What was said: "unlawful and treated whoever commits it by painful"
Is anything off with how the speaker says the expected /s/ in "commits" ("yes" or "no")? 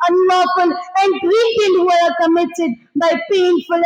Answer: yes